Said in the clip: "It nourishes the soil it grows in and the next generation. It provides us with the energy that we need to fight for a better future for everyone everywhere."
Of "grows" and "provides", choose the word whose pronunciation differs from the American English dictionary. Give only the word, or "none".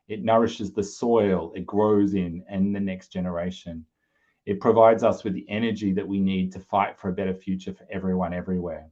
none